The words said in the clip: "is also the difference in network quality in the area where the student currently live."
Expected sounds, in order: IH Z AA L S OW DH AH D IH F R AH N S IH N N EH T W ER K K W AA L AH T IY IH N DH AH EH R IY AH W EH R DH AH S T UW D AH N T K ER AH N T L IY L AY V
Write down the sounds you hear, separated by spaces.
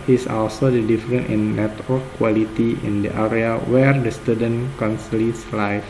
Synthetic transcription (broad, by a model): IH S AA L S OW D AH D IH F R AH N IH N N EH T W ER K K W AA L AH T IY IH N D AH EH R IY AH W EH R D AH S T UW D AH N K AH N S L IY L AY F